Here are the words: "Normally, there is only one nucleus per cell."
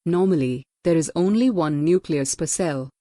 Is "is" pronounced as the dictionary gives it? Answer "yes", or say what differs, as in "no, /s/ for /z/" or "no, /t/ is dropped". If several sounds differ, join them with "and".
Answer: yes